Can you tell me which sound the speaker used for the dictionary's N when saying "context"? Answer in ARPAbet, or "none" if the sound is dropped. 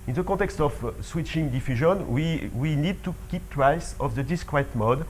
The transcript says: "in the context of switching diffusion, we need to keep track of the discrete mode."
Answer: none